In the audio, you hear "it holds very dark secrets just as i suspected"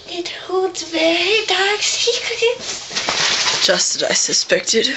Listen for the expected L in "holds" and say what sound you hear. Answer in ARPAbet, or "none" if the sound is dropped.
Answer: none